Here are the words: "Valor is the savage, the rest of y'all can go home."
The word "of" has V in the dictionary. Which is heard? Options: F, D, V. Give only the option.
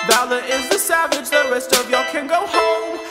V